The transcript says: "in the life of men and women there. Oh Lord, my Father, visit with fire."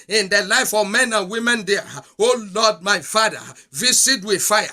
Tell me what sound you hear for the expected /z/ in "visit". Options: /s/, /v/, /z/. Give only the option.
/s/